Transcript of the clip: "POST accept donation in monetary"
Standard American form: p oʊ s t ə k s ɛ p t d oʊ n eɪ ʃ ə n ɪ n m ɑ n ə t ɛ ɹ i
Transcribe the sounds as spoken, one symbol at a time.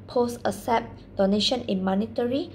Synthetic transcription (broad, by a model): p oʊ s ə s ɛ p d oʊ n eɪ ʃ ə n ɪ n m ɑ n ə t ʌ ɹ i